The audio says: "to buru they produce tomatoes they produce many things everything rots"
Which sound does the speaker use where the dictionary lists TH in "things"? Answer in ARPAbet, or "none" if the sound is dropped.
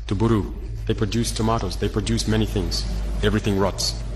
TH